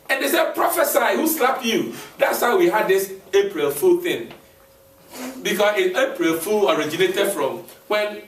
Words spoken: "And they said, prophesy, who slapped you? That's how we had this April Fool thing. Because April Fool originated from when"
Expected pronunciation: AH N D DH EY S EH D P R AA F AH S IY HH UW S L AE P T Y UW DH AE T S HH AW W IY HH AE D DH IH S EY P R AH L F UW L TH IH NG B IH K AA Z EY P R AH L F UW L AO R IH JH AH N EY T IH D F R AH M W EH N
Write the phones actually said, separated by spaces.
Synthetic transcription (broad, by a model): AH N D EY S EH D P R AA F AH S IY HH UW S L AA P Y UW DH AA T S HH AW W IY HH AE D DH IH S EY P R AH L F UW L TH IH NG B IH K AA S EY P R AH L F UW L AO R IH JH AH N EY T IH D F R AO M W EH N